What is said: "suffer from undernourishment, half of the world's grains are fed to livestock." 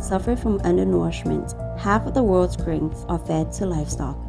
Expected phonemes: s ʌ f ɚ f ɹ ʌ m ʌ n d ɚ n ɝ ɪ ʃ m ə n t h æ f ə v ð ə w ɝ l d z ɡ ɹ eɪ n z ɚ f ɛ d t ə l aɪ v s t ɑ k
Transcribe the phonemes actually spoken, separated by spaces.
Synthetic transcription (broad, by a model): s ʌ f ɚ f ɹ ʌ m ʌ n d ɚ n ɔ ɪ ʃ m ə n t h æ f ə v ð ə w ɝ l d z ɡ ɹ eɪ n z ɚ f ɛ d t ə l aɪ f s t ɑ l